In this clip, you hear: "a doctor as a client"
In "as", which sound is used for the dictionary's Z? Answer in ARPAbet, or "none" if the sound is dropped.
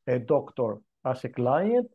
S